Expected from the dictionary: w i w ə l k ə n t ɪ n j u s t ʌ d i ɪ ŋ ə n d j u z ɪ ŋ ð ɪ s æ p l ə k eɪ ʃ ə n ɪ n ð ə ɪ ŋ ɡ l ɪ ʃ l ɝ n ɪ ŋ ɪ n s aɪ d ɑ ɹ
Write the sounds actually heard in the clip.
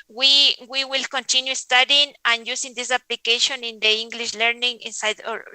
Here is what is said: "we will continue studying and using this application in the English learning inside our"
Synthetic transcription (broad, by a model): w i w ə l k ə n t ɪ n j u s t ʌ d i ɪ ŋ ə n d j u s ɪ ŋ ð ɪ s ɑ p l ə k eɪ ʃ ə n ɪ n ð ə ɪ ŋ ɡ l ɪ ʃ l ɝ n ɪ ŋ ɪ n s aɪ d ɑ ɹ